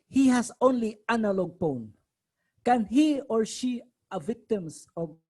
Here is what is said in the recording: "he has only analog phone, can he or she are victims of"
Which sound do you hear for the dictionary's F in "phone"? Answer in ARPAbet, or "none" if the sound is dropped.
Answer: P